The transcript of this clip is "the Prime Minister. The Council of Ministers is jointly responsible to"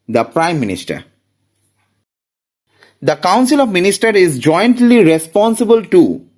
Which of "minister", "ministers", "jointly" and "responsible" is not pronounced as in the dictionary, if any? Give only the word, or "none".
ministers